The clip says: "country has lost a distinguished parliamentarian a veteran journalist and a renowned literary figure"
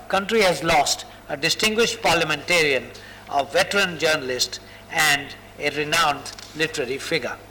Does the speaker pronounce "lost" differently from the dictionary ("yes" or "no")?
no